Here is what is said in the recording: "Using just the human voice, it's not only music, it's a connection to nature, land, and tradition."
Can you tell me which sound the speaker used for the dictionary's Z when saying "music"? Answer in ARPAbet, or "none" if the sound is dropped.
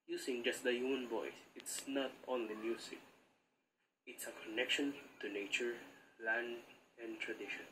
S